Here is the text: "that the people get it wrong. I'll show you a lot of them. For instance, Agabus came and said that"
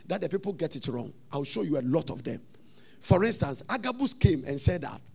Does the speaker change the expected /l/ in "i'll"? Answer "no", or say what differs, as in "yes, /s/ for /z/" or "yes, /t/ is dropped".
yes, /w/ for /l/